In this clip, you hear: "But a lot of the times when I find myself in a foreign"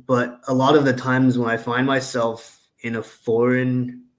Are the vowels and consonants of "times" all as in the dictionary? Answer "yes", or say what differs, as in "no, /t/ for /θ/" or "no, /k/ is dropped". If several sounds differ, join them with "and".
yes